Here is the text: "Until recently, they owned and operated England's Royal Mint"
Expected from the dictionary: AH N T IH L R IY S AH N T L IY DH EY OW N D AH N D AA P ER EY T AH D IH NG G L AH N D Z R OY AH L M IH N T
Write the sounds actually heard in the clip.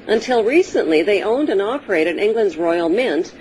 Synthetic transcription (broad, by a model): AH N T IH L R IY S AH N T L IY DH EY OW N D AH N AA P ER EY T AH D IH NG G L AH N D Z R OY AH L M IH N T